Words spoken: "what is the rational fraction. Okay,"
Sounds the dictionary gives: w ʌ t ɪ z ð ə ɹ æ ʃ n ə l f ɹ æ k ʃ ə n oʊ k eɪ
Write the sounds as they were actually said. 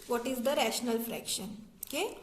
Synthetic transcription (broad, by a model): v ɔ t ɪ z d ə ɹ æ ʃ n ə l f ɹ æ k ʃ ə n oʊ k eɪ